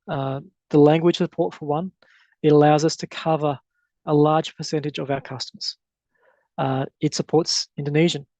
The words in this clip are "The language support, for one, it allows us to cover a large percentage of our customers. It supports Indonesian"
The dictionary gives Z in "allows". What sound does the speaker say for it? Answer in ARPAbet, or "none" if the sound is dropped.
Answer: Z